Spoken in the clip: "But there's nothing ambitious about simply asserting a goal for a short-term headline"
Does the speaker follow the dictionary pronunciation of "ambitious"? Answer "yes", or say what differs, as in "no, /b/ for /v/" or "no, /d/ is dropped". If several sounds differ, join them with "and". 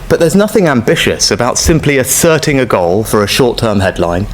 yes